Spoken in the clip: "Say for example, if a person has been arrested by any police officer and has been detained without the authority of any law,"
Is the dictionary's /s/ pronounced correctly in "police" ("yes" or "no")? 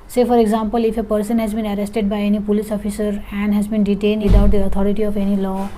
yes